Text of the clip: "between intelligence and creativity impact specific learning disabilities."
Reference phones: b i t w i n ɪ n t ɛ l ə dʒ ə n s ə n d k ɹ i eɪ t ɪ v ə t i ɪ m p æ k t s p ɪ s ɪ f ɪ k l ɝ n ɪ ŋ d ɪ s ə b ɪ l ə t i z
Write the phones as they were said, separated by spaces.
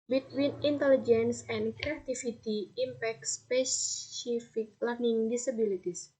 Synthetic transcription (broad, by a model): b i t w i n ɪ n t ɛ l ə dʒ ə n s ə n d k ɹ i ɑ t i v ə t i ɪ m p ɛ k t s p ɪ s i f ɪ k l ɝ n ɪ ŋ d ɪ s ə b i l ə t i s